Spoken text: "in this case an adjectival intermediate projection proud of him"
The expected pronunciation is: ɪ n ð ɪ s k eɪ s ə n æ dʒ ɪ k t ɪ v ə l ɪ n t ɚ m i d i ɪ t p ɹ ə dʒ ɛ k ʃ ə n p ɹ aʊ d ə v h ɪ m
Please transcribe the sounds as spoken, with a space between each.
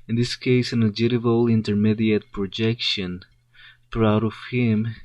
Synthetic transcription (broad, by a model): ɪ n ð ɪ s k eɪ s ə n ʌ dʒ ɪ t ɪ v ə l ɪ n t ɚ m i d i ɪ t p ɹ ə dʒ ɛ k ʃ ə n p ɹ aʊ d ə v h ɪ m